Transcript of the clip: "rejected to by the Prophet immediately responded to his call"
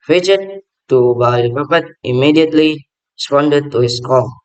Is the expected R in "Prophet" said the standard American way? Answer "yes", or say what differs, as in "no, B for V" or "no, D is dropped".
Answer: no, R is dropped